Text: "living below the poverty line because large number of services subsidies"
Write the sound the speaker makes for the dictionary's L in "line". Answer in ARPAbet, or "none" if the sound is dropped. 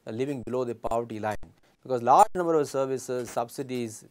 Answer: L